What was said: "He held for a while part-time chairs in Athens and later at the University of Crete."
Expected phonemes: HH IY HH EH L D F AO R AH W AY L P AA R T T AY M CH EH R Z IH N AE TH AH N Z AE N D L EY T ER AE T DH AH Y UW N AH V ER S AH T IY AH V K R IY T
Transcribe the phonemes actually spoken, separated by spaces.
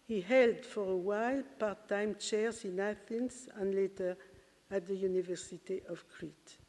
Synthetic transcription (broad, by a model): HH IY HH EH L D F AO R AH W AY L P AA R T T AY M CH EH R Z IH N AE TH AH N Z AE N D L EY T ER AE T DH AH Y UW N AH V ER S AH T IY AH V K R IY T